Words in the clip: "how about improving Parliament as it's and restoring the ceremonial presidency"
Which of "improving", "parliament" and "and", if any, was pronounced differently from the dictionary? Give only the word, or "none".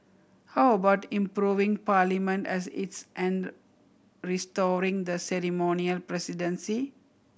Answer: none